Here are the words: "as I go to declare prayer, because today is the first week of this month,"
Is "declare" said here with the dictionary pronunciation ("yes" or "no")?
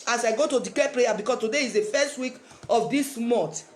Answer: no